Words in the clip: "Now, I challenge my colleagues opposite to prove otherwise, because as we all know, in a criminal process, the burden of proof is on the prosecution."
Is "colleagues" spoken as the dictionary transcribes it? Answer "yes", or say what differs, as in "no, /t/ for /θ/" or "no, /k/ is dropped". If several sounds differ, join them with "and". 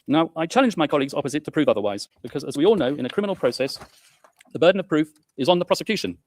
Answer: yes